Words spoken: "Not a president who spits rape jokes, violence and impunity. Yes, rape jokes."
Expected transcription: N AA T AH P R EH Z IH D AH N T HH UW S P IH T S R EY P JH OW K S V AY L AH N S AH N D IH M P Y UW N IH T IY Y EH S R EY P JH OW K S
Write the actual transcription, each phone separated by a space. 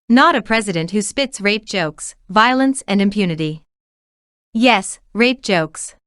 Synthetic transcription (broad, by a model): N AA T AH P R EH Z IH D AH N T HH UW S P IH T S R EY P JH OW K S V AY L AH N S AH N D IH M P Y UW N IH T IY Y EH S R EY P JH OW K S